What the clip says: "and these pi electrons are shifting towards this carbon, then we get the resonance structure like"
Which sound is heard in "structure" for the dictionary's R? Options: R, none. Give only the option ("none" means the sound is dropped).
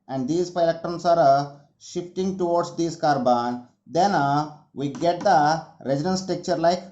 none